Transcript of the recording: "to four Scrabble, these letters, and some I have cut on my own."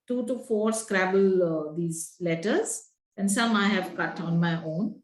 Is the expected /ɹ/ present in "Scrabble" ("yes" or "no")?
yes